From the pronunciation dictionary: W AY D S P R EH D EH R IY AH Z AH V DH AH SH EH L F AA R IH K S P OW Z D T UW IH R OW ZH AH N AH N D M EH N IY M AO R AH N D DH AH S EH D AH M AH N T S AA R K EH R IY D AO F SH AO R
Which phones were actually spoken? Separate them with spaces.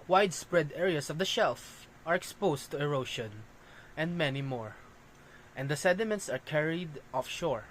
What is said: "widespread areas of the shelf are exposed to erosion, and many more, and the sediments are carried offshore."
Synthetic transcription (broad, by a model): W AY D S P R EH D EH R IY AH S AH V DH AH SH EH L F AA R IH K S P OW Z T UW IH R OW SH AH N AH N D M EH N IY M AO R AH N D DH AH S EH D AH M AH N T S AA R K EH R IY D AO F SH AO R